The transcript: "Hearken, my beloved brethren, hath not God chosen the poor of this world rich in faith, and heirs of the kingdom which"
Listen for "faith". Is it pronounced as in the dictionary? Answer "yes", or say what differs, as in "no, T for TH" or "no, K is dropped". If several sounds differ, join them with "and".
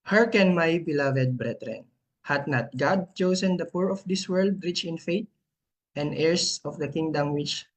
no, T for TH